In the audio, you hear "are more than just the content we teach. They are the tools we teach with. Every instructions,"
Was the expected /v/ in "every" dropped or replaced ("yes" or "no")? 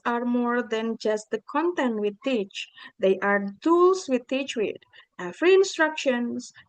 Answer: yes